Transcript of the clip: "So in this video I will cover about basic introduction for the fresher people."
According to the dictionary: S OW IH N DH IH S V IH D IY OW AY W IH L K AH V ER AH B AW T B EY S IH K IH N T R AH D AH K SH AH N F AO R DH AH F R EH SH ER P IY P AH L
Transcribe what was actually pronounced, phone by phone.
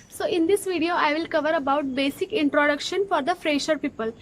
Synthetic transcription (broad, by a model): S OW IH N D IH S V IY D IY OW AY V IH L K AH V ER AH B AW T B EY S IH K IH N T R AH D AH K SH AH N F AO R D AH F R EH SH ER P IY P AH L